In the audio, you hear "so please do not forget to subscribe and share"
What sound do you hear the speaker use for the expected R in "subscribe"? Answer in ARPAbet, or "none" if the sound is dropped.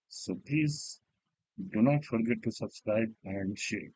R